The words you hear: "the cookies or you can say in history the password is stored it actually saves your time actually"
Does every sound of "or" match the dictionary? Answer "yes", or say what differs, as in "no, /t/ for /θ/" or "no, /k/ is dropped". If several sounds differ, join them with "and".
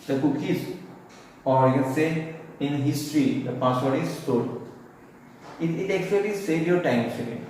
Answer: yes